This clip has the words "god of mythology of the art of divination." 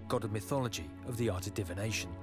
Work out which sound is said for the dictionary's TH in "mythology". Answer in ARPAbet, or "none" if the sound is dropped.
TH